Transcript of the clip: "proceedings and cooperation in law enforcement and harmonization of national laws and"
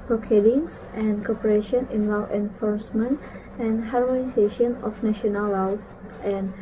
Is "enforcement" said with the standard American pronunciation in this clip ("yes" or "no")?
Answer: yes